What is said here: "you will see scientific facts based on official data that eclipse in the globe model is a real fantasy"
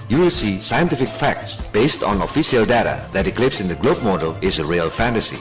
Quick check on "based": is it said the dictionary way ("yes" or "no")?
yes